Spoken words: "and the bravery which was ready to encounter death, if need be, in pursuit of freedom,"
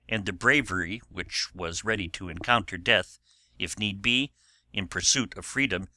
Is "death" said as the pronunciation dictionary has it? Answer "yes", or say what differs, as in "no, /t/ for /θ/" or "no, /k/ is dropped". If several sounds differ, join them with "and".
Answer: yes